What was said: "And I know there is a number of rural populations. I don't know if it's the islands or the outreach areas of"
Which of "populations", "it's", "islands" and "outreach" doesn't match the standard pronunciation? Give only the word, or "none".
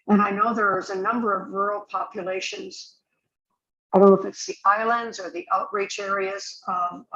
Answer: none